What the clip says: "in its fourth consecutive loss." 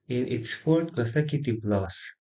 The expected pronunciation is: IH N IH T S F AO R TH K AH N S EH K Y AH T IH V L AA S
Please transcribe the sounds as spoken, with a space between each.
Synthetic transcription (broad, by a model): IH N IH T S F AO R T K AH S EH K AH T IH P L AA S